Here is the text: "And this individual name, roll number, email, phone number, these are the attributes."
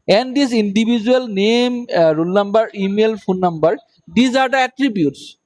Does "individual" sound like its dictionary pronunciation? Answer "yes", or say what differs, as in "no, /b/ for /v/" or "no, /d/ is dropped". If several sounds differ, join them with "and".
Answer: no, /b/ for /v/